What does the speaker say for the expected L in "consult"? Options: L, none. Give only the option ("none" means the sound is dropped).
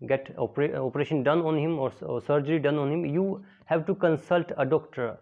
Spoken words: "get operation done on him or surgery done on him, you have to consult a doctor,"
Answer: L